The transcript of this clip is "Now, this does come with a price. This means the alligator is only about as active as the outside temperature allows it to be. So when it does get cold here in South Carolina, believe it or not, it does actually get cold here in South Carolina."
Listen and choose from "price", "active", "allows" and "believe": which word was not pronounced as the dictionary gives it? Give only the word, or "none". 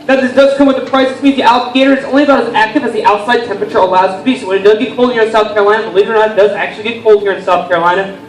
none